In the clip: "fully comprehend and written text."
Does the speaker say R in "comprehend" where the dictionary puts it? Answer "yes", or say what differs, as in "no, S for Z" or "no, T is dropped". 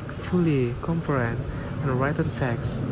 no, R is dropped